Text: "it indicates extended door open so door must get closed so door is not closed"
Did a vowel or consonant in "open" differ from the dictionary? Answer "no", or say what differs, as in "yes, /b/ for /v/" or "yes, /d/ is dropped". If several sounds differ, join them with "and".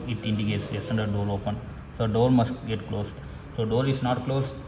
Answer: no